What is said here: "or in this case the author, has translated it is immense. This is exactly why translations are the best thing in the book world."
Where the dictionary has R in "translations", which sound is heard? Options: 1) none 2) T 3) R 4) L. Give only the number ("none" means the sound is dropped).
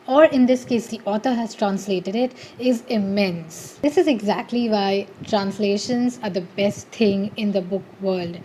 3